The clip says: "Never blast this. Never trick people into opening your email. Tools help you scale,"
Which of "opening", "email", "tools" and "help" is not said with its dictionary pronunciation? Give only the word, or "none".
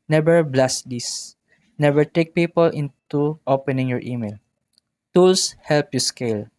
tools